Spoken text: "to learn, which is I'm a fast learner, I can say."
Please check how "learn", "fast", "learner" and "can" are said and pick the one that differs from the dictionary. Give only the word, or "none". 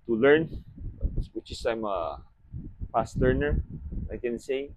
fast